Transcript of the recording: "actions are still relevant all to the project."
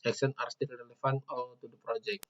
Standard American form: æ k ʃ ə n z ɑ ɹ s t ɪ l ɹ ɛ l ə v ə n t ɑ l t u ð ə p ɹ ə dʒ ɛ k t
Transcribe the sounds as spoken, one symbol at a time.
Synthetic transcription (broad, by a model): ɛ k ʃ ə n ɑ ɹ s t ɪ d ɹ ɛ l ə f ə n ɑ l t u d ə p ɹ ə dʒ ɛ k